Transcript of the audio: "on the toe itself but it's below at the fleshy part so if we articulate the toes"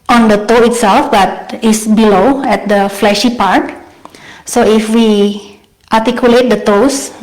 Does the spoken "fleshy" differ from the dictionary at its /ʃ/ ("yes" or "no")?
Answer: no